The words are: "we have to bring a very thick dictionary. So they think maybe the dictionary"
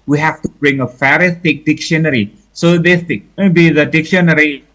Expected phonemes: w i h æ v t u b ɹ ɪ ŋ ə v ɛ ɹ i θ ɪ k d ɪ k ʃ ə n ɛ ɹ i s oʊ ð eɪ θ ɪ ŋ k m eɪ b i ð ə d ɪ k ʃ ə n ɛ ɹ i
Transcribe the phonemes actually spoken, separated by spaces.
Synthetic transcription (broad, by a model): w i h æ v t u b ɹ ɪ ŋ ə f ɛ ɹ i s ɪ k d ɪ k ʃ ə n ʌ ɹ i s oʊ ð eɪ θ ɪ k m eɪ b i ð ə d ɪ k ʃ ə n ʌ ɹ i